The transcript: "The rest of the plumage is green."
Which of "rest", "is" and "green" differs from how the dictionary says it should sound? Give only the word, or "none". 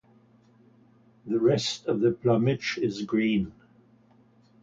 none